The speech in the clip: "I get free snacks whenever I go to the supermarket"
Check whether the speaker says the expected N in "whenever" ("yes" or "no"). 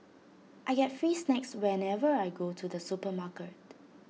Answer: yes